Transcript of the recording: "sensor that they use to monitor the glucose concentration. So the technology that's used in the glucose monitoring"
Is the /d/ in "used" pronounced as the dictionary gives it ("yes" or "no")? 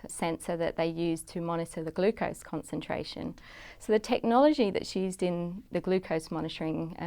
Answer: yes